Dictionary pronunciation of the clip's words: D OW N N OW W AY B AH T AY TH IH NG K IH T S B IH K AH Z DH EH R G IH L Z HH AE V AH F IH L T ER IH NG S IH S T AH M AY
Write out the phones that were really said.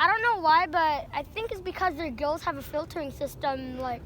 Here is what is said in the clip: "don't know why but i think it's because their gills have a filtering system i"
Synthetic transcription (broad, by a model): D OW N N OW W AY B AH T AY TH IH NG K IH T S B IH K AH Z DH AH R G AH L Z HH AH V AH F IH L T ER IH NG S IH S T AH M AY